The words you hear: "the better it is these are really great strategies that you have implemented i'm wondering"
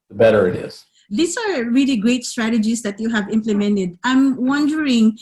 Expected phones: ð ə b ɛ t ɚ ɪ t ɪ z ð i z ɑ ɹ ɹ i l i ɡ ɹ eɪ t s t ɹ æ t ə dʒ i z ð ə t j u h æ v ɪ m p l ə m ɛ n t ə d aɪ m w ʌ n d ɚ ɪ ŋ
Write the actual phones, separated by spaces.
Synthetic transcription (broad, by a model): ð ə b ɛ t ɚ ɪ t ɪ z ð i s ɑ ɹ ɹ i l i ɡ ɹ eɪ t s t ɹ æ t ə dʒ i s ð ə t j u h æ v ɪ m p l ə m ɛ n t ə d aɪ m w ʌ n d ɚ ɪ ŋ